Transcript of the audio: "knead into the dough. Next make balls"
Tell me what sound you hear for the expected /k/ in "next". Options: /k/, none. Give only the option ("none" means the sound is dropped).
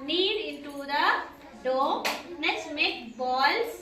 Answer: none